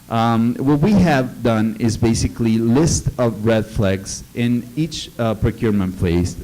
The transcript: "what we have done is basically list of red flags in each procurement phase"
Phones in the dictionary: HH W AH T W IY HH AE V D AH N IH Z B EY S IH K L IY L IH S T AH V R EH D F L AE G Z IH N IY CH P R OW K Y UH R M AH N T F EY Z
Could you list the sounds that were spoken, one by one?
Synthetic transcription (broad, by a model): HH W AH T W IY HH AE V D AH N IH Z B EY S IH K L IY L IH S T AH V R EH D F L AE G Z IH N IY CH P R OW K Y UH R M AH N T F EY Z